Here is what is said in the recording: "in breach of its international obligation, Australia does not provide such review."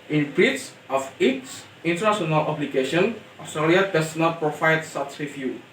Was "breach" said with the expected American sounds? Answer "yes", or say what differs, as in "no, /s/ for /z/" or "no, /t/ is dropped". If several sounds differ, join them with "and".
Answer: no, /s/ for /tʃ/